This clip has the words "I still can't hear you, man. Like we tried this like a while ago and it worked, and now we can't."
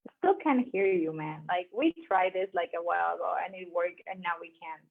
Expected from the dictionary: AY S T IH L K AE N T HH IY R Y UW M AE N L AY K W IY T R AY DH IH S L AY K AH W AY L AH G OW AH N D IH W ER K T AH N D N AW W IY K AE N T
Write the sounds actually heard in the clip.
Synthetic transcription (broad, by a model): S T IH L K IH N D HH IY R Y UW M AE N L AY K W IY T R AY DH IH S L AY K AH W AY L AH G OW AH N IH W ER K AH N N AW W IY K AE N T